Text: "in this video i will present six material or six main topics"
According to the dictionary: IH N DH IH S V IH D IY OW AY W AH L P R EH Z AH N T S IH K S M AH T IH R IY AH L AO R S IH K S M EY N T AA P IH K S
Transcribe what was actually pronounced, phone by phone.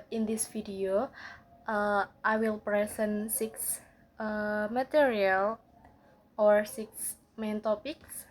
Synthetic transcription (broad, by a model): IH N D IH S F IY D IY OW AY W AH L P R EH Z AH N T S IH K S M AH T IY R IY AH L AO R S IH K S M EY N T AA P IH K S